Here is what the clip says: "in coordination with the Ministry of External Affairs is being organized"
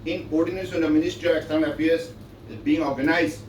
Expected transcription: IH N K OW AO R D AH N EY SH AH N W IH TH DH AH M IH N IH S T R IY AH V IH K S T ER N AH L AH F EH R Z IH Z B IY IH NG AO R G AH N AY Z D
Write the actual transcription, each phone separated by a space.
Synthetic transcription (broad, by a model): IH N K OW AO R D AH N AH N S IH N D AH M IH N IH S T R IY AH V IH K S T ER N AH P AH AH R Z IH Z B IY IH NG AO R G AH N AY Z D